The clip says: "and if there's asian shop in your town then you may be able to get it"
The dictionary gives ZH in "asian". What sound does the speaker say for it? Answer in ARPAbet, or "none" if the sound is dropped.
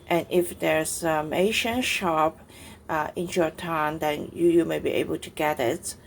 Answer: SH